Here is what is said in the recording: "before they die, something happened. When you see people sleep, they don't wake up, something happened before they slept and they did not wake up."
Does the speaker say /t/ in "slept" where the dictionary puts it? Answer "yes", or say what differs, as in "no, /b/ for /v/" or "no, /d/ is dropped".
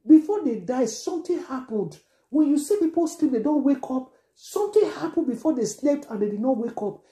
yes